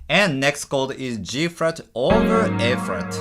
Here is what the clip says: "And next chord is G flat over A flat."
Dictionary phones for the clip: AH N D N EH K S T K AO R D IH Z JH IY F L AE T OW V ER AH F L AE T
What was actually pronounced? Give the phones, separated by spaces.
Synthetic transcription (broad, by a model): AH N N EH K S T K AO L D IH Z JH IY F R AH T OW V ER AH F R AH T